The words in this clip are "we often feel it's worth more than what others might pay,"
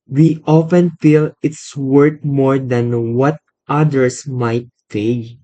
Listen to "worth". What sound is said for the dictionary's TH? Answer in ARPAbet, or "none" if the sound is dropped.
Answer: T